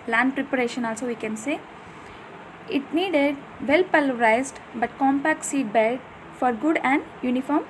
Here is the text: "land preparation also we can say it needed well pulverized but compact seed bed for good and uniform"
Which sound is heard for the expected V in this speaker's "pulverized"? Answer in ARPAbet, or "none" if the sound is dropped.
none